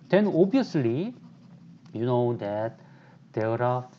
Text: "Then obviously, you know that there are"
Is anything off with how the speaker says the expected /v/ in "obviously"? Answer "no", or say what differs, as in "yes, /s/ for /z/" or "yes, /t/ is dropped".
yes, /v/ is dropped